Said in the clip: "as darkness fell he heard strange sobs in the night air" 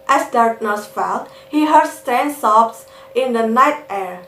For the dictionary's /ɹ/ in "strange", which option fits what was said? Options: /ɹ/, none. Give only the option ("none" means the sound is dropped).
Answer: none